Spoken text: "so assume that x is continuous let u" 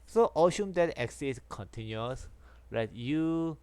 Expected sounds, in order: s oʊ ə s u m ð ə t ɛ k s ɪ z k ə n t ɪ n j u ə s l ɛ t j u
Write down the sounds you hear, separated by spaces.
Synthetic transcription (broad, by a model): s oʊ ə ʃ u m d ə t ɛ k s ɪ s k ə n t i n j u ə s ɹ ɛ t j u